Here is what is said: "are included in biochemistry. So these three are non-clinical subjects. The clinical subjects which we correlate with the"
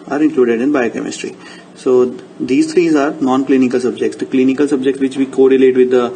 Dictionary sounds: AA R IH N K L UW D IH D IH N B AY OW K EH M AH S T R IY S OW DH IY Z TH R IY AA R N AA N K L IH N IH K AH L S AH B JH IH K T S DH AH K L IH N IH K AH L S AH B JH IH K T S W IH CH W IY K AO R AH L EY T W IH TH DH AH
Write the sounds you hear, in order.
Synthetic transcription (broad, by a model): AA R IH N K L UW D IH D IH N B AY OW K EH M AH S T R IY S OW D IY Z T R IY AA R N AA N K L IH N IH K AH L S AH B JH IH K T S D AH K L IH N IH K AH L S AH B JH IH K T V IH CH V IY K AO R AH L EY T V IH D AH